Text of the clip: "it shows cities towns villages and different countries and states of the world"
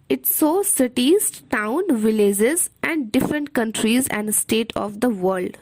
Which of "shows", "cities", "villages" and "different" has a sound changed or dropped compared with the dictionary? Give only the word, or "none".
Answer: shows